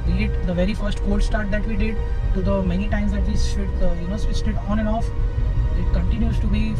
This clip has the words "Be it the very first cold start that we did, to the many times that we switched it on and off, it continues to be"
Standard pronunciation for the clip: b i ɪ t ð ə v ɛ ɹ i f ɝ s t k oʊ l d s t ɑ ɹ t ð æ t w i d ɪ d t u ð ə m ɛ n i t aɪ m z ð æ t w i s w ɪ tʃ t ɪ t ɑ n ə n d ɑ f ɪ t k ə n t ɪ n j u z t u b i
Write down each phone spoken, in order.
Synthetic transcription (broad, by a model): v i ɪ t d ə v ɛ ɹ i f ɝ s t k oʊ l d s t ɑ ɹ t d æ t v i d ɪ d t u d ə m ɛ n i t aɪ m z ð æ t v i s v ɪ s t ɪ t ɑ n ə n ɑ f ɪ t k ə n t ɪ n j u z t u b i